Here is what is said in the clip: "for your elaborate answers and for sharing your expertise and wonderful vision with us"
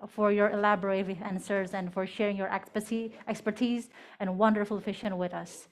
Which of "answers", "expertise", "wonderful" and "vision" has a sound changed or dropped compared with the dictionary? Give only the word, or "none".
vision